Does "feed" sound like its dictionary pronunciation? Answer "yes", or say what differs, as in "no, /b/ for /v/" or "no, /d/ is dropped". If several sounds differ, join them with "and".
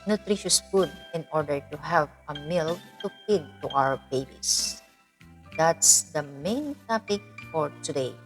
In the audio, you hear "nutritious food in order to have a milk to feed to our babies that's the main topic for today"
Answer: no, /p/ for /f/